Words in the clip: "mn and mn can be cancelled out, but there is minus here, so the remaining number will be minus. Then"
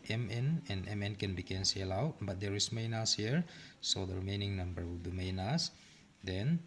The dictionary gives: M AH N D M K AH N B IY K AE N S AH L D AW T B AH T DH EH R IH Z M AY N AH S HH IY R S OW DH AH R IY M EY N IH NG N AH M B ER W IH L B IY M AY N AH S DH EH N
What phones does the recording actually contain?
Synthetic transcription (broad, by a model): M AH N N M K AH N B IY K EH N S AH L AW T B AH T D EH R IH S M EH N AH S HH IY R S OW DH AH R IY M EY N IH NG N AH M B ER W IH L B IY M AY N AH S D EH N